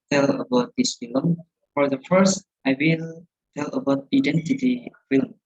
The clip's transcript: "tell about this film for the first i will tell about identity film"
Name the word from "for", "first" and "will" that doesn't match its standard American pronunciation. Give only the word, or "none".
none